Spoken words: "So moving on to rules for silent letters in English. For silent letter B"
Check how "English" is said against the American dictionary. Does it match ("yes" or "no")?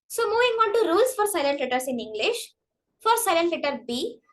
yes